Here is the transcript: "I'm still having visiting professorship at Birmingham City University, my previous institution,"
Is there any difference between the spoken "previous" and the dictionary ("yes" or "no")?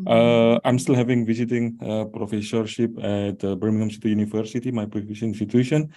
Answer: yes